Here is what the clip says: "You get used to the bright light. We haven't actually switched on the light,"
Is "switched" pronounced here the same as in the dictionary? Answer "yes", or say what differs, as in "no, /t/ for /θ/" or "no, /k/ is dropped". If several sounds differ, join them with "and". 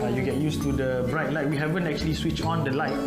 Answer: no, /t/ is dropped